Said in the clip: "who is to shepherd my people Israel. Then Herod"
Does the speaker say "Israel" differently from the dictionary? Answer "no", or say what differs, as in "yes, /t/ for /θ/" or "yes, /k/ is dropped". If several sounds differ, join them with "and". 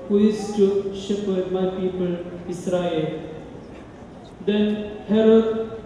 yes, /s/ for /z/